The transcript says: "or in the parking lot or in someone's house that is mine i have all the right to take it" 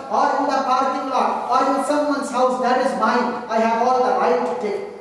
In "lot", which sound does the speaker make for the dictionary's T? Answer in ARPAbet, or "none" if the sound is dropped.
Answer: none